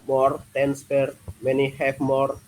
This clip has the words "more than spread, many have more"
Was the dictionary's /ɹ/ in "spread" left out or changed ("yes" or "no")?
yes